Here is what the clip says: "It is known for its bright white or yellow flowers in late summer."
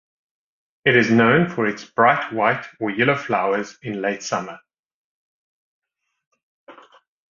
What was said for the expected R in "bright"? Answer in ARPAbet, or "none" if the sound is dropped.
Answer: R